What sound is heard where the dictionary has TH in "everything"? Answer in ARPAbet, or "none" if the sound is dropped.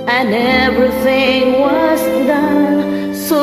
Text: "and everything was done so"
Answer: TH